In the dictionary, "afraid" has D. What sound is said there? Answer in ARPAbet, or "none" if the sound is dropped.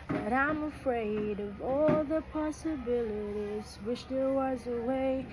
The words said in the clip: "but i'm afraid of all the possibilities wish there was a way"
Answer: D